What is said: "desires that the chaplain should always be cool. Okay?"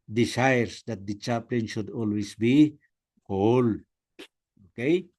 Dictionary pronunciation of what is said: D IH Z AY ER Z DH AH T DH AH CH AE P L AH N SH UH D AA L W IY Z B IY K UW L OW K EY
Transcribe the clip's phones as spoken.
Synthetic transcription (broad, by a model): D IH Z AY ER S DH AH T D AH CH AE P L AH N SH UH D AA L W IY S B IY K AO L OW K EY